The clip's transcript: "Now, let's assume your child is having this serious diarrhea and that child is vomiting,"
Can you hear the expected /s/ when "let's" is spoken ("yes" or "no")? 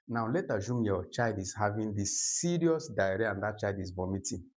no